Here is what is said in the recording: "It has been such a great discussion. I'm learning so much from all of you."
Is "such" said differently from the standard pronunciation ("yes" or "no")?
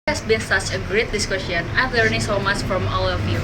no